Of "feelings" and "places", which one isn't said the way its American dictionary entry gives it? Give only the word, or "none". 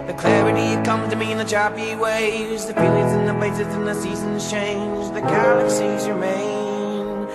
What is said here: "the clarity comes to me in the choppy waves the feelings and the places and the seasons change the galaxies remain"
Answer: feelings